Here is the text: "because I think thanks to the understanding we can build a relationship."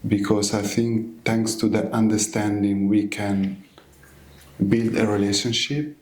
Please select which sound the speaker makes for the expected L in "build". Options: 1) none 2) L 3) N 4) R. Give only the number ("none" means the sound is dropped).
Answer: 2